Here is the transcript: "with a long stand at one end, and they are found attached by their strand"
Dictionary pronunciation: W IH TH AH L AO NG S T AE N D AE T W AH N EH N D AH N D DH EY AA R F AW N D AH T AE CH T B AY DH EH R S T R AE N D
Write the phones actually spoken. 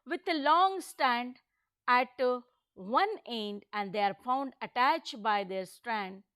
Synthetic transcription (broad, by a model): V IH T AH L AO NG S T AE N D AE T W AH N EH N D AH N D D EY AA R F AW N D AH T AE CH T B AY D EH R S T R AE N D